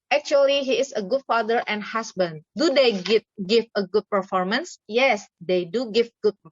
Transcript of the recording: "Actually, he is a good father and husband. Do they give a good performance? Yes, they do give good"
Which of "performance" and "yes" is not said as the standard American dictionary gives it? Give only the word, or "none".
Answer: none